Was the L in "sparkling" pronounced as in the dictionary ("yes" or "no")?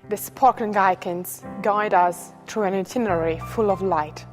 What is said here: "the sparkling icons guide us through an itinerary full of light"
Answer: no